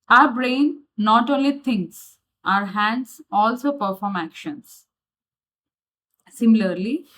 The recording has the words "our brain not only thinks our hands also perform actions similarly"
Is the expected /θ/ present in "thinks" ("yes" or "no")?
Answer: no